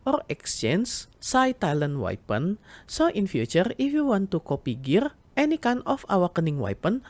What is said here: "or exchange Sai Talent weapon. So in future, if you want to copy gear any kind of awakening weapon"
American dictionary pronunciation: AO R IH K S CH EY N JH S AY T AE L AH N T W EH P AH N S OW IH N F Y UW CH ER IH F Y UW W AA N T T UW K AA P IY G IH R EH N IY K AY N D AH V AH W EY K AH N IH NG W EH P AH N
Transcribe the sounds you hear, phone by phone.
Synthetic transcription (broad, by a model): AO R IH K S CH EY N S S AY T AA L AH N W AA P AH N S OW IH N F Y UW CH ER IH F Y UW W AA N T T UW K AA P IY G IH R EH N IY K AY N AH F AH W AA K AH N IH NG W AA P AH N